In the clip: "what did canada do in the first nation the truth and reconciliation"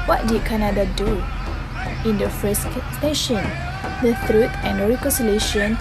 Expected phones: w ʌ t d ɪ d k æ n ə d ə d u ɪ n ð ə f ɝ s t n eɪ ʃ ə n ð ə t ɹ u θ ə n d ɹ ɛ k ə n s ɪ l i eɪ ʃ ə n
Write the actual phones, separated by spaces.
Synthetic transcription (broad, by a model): w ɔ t d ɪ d k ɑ n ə d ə d u ɪ n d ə f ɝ s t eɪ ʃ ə n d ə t ɹ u t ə n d ɹ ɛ k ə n s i l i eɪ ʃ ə n